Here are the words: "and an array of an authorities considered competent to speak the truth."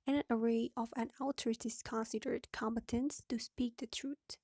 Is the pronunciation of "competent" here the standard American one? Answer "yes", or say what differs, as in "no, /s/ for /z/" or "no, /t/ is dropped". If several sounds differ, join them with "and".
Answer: no, /b/ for /p/